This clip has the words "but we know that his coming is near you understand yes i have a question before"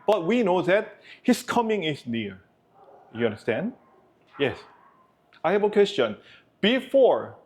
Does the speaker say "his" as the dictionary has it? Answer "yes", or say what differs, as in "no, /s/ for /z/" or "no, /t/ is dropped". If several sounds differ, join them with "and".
no, /s/ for /z/